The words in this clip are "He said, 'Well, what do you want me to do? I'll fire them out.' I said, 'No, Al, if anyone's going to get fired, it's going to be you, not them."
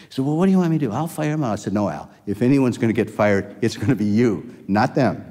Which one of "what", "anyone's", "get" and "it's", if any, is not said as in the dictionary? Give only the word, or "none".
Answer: none